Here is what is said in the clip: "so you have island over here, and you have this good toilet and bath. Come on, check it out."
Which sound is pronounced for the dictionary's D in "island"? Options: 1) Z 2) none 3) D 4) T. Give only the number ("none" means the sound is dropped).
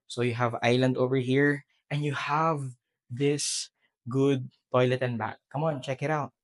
3